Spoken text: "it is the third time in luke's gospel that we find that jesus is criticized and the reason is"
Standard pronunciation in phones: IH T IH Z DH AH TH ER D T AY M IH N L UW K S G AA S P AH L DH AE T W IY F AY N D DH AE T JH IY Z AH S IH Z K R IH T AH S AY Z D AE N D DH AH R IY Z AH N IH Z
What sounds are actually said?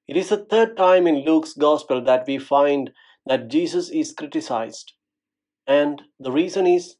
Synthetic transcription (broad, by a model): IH T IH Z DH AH T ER D T AY M IH N L UW K S G AA S P AH L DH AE T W IY F AY N D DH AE T JH IY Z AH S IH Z K R IH T AH S AY Z D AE N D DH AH R IY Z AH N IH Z